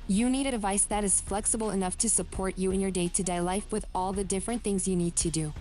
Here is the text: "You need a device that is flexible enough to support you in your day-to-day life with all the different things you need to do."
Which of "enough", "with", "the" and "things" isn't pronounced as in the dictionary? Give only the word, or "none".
none